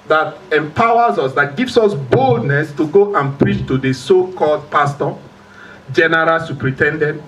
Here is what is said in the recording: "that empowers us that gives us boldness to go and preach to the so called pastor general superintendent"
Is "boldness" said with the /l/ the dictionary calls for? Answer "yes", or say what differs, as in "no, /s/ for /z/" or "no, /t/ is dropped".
yes